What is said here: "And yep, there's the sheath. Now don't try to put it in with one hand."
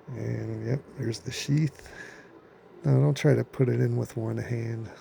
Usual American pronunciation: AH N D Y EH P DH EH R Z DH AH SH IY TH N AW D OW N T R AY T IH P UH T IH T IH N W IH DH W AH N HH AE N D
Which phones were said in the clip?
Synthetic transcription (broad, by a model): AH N Y EH P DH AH R Z DH AH SH IY TH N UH D OW N T R AY T IH P UH T IH T IH N W IH DH W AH N HH AE N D